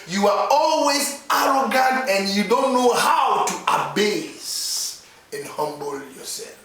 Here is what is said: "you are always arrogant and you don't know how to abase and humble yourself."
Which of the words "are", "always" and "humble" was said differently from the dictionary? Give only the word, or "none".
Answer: none